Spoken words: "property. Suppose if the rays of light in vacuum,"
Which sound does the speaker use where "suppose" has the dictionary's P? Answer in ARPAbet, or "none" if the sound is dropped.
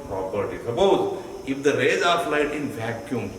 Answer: B